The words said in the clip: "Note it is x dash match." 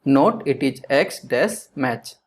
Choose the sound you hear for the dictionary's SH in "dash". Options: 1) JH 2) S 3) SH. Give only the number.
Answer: 2